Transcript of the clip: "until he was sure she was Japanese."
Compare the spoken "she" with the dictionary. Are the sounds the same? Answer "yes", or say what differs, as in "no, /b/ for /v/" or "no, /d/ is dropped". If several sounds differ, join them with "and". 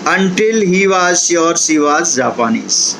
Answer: no, /s/ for /ʃ/